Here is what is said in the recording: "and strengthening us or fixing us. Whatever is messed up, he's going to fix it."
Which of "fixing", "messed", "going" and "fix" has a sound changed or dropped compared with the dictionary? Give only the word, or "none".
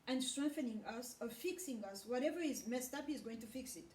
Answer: none